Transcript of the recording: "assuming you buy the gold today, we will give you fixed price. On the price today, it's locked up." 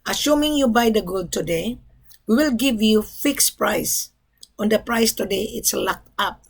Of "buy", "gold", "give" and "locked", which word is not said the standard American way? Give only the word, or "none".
none